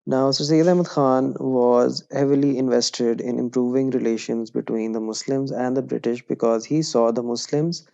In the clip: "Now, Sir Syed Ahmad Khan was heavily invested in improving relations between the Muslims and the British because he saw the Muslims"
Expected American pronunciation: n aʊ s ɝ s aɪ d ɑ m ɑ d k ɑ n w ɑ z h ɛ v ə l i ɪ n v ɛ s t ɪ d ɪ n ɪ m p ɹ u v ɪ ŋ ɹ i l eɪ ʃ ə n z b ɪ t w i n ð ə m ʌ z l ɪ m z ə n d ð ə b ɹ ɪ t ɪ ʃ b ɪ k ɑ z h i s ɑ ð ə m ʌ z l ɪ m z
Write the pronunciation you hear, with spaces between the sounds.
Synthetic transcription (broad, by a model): n aʊ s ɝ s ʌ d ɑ m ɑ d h ɑ n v ɑ z h ɛ v ə l i ɪ n v ɛ s t ɪ d ɪ n ɪ m p ɹ u v ɪ ŋ ɹ i l eɪ ʃ ə n z b ɪ t w i n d ə m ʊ s l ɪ m z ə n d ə b ɹ ɪ t ɪ ʃ b ɪ k ɑ z h i s ɑ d ə m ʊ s l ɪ m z